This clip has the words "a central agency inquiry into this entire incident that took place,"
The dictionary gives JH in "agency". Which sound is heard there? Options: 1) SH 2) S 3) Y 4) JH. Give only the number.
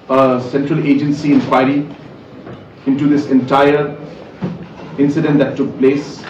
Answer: 4